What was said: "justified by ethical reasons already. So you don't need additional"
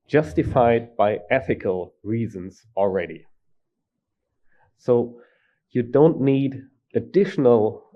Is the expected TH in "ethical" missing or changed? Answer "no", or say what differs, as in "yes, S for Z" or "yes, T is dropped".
no